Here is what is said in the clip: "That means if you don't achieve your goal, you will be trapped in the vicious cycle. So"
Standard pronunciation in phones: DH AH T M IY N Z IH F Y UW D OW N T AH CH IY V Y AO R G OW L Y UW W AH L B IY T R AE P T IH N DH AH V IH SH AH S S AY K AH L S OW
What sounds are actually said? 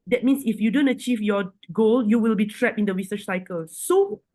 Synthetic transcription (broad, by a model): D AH T M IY N S IH F Y UW D OW N T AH CH IY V Y AO G OW L Y UW W AH L B IY T R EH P IH N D AH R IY S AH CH S AY K AH L S OW